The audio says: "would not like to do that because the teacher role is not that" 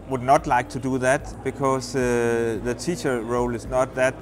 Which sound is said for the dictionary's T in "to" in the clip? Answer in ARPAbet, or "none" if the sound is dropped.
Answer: T